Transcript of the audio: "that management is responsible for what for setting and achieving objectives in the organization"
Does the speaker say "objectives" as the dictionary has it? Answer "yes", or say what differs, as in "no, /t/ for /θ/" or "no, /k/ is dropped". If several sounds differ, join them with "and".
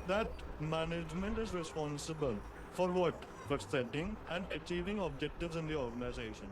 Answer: yes